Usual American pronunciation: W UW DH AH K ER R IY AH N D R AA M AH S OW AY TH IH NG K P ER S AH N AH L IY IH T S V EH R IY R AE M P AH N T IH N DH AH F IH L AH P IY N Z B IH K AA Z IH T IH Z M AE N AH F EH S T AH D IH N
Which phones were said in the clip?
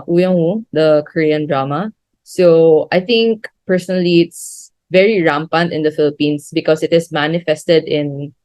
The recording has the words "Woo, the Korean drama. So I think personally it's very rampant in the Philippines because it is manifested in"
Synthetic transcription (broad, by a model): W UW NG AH K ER R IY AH N D R AA M AH S OW AY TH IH NG K P ER S AH N AH L IY IH T S V EH R IY R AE M P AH N T IH N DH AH F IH L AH P IY N S B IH K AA S IH T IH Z M AE N AH F EH S T AH D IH N